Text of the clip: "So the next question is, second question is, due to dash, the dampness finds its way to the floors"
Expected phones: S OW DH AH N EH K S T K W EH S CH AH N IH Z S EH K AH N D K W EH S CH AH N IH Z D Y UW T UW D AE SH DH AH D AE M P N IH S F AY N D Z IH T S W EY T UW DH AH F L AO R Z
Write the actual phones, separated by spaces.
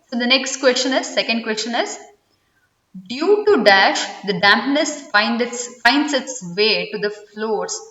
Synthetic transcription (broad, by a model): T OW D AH N EH K S T K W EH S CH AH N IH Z S EH K AH N D K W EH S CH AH N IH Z D Y UW T UW D AE SH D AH D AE M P N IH S F AY N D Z IH T S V EY T UW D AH F L AO R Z